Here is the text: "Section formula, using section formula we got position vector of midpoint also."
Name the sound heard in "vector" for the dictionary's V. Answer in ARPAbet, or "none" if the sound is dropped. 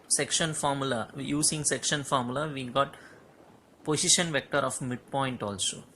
V